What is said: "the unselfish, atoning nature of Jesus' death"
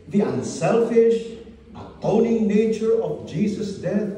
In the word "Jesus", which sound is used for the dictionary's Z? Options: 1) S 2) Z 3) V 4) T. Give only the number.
1